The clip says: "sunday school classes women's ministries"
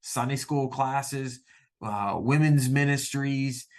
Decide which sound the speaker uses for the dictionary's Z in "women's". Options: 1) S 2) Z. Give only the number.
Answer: 2